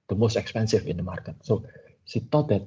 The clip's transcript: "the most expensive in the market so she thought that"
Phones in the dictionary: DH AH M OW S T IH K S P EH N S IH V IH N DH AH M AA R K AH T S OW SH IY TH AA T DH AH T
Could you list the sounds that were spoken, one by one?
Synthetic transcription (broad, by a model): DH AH M OW S T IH K S P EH N S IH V IH N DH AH M AA R K AH T S OW S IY T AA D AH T